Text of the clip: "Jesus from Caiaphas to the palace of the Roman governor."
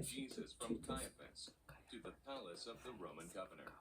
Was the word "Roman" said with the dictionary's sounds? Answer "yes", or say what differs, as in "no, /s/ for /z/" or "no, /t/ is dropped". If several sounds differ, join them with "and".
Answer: yes